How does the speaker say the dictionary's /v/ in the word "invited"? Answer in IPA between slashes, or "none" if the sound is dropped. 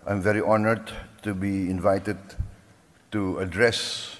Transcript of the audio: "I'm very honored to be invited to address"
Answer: /v/